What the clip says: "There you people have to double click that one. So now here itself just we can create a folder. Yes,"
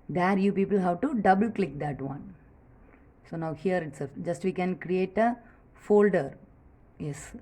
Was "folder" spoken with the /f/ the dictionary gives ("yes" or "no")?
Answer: yes